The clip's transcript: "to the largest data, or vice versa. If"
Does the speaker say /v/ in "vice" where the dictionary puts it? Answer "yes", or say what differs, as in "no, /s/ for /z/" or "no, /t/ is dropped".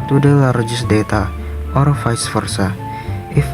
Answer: no, /f/ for /v/